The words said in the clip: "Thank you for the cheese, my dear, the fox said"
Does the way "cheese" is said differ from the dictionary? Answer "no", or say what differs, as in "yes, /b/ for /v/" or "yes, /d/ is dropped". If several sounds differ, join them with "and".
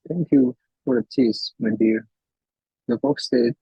yes, /s/ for /z/